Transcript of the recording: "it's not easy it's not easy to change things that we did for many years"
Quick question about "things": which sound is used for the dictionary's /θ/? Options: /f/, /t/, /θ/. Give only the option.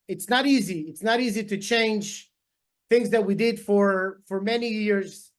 /θ/